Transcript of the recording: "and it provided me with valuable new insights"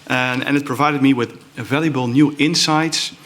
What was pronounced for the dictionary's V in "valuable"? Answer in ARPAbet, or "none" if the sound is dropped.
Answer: V